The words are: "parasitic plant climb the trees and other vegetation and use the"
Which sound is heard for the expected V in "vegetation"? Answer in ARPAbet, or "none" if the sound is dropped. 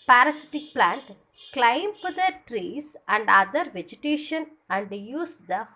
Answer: V